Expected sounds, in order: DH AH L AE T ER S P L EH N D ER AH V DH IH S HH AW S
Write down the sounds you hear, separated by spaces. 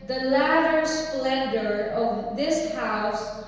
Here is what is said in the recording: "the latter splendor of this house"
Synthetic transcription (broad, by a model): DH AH L AE T ER S P L EH N D ER AH V DH IH S HH AW S